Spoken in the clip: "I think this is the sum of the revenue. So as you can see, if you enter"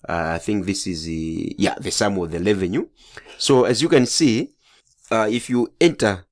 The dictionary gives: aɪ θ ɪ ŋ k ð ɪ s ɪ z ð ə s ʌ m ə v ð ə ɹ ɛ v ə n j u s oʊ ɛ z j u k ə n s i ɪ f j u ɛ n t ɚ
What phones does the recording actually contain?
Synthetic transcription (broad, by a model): aɪ θ ɪ ŋ k ð ɪ s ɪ z ð ə s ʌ m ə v ð ə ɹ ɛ v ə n j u s oʊ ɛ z j u k ə n s i ɪ f j u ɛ n t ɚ